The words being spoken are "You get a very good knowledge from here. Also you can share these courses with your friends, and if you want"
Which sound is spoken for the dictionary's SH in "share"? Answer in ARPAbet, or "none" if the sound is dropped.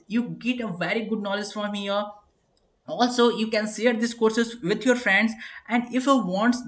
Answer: S